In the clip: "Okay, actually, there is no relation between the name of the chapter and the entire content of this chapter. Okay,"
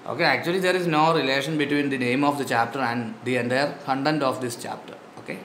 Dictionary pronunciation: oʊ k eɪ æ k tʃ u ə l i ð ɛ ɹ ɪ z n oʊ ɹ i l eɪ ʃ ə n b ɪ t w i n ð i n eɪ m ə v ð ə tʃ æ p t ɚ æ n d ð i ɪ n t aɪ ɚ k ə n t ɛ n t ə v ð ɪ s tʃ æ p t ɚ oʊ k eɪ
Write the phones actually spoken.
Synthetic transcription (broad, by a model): oʊ k eɪ æ k tʃ u ə l i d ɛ ɹ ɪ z n oʊ ɹ i l eɪ ʃ ə n b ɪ t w i n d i n eɪ m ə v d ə tʃ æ p t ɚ æ n d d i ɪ n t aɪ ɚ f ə n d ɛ n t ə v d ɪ s tʃ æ p t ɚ oʊ k eɪ